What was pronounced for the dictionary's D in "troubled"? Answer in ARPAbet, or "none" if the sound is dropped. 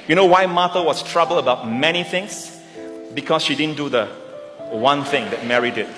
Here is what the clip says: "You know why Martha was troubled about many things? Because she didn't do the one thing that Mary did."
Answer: none